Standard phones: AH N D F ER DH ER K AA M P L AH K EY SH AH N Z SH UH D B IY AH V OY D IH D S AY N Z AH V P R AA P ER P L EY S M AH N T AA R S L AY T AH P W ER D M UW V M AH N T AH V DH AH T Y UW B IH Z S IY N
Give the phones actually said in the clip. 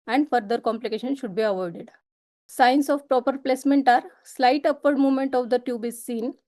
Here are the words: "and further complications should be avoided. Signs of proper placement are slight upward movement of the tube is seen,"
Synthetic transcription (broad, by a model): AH N D F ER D ER K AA M P L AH K EY SH AH N SH UH D B IY AH V OY D IH D S AY N S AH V P R AA P ER P L EY S M AH N T AA R S L AY T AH P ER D M UW V M AH N T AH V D AH T Y UW B IH Z S IY N